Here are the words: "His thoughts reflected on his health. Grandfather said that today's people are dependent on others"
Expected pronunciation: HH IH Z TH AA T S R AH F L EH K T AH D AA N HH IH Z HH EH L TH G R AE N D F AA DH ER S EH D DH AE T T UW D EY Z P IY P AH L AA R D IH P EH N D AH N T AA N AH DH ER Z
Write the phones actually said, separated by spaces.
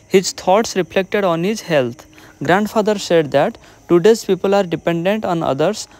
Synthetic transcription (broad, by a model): HH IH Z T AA T S R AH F L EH K T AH D AA N HH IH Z HH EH L T G R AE N D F AA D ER S EH D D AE T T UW D EY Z P IY P AH L AA R D IH P EH N D AH N T AA N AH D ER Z